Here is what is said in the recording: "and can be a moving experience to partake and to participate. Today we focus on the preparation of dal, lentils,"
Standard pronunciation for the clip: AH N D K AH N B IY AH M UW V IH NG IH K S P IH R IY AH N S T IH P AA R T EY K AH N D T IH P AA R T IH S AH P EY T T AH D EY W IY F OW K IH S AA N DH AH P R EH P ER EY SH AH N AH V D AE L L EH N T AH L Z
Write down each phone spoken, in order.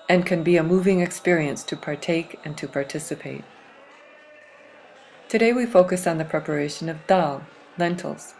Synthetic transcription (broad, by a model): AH N K AH N B IY AH M UW V IH NG IH K S P IH R IY AH N S T IH P AA R T EY K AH N T IH P AA R T IH S AH P EY T T AH D EY W IY F OW K IH S N DH AH P R EH P ER EY SH AH N AH V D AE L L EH N T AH L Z